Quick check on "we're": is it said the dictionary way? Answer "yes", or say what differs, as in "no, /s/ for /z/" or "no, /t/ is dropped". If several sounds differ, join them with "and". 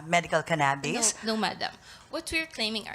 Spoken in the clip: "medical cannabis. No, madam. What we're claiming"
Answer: yes